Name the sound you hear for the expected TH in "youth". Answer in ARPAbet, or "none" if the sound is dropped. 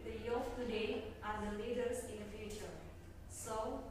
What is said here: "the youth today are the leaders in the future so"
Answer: F